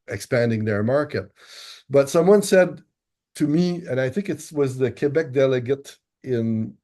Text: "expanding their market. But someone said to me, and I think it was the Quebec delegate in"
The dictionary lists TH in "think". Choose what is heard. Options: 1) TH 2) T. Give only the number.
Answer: 1